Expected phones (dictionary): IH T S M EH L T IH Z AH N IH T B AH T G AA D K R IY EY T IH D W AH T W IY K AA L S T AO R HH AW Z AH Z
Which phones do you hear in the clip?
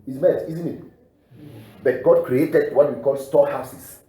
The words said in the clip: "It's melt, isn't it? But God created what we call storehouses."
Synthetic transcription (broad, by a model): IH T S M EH T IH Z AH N IH T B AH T G AA D K R IY EY T IH D W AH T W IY K AA L S T AO HH AW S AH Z